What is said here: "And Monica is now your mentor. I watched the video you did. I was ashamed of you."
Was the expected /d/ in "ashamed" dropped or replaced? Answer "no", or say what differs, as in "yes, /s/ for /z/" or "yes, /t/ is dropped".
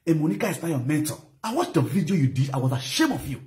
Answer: yes, /d/ is dropped